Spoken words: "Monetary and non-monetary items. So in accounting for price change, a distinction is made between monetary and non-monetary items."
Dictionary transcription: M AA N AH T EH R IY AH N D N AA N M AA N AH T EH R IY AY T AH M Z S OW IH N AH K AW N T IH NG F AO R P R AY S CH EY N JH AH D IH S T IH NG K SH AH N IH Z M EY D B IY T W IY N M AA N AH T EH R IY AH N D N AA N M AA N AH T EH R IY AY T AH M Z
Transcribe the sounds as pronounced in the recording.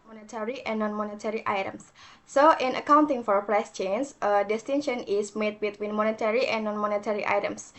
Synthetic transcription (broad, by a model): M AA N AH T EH R IY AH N N AA N M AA N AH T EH R IY AY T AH M S OW IH N AH K AW N T IH NG F AO R P R AY S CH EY N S AH D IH S T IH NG SH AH N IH S M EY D B IY T W IY N M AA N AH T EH R IY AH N N AA N M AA N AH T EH R IY AY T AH M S